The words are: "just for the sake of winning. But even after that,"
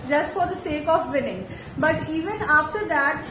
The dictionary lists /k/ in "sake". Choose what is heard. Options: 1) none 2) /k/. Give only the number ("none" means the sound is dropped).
2